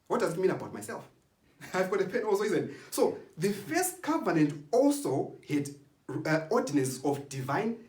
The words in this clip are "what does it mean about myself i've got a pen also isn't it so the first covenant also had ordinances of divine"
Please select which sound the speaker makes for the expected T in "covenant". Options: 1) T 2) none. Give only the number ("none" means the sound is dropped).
1